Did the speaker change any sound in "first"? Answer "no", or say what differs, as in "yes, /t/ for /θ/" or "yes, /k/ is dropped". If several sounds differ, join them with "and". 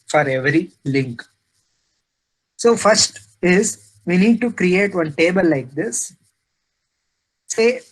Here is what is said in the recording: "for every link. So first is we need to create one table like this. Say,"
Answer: no